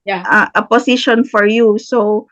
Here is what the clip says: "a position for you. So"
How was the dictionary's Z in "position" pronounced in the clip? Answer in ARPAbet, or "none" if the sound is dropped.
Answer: S